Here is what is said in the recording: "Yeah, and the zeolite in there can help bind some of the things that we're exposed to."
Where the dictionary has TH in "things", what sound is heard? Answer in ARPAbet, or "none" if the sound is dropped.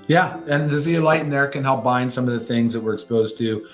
TH